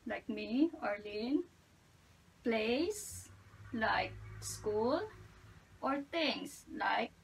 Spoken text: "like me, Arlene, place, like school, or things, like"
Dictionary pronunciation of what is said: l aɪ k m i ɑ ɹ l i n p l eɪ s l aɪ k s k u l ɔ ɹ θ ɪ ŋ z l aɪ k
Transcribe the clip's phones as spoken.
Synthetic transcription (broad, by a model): l aɪ k m i ɑ ɹ l i n p l eɪ s l aɪ k s k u l ɔ ɹ t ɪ ŋ s l aɪ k